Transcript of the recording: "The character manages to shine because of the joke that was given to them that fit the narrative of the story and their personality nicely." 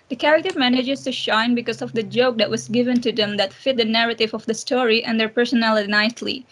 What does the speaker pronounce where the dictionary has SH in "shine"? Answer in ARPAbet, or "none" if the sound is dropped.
SH